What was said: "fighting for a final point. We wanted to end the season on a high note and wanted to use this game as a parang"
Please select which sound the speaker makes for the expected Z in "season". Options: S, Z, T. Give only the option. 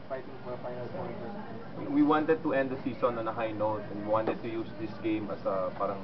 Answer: S